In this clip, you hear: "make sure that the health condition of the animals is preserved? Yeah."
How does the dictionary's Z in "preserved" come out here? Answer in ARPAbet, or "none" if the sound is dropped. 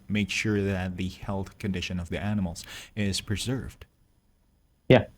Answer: Z